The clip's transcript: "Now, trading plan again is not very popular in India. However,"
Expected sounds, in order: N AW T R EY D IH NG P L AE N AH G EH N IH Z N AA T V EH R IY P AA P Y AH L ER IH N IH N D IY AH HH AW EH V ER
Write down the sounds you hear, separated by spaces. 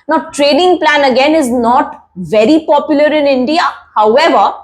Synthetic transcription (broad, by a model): N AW T R EY D IH NG P L AE N AH G EH N IH Z N AA T V EH R IY P AA P Y AH L ER IH N IH N D IY AH HH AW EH V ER